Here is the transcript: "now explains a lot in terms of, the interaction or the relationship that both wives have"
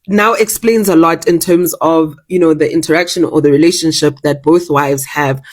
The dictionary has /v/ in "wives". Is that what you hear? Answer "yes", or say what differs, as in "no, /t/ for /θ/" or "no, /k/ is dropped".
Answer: yes